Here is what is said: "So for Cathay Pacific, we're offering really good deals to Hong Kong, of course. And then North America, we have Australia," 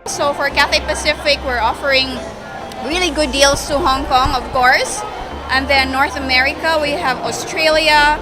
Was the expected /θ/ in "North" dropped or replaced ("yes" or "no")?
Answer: no